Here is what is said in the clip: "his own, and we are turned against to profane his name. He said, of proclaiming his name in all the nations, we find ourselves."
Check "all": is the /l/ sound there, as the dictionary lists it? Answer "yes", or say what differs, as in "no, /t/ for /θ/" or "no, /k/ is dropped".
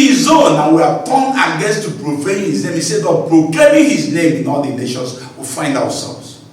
yes